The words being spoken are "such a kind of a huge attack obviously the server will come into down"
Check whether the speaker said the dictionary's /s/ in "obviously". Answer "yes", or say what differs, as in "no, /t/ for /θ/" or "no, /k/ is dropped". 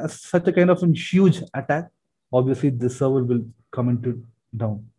yes